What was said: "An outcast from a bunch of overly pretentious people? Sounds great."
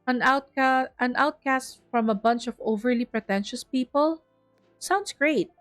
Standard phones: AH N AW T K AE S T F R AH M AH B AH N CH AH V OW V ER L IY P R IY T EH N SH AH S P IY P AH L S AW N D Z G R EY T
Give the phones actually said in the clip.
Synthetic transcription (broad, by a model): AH N AW T K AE S T F R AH M AH B AH N CH AH V OW V ER L IY P R IY T EH N SH AH S P IY P AH L S AW N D S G R EY T